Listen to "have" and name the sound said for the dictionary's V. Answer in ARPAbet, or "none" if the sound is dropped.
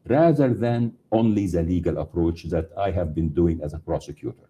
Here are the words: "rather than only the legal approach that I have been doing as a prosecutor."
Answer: V